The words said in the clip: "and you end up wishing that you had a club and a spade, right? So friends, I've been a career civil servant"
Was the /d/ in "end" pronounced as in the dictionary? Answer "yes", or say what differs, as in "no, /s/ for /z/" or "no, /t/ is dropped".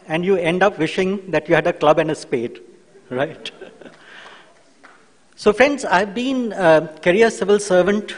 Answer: yes